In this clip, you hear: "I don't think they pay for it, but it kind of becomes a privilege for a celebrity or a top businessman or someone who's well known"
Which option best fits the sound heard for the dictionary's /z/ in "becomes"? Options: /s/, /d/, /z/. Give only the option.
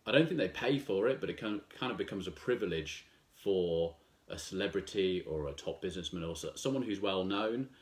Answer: /z/